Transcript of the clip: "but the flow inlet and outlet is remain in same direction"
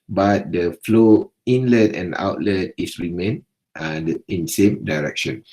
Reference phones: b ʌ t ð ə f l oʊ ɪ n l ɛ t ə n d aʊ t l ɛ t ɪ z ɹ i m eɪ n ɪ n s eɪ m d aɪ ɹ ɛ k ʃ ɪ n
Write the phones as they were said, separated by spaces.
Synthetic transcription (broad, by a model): b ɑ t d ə f l oʊ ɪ n l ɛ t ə n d aʊ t l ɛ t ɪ s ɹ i m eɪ n ɪ n s eɪ m d aɪ ɹ ɛ k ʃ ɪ n